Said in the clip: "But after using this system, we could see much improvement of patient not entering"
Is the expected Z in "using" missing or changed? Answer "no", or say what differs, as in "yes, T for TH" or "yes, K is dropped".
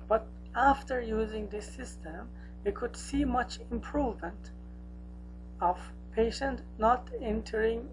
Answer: no